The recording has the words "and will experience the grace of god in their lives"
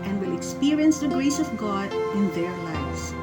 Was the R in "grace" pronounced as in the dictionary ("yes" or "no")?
no